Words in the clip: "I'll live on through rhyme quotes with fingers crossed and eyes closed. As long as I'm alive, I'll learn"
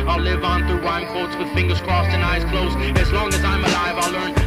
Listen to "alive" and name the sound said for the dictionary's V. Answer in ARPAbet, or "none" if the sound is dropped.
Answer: V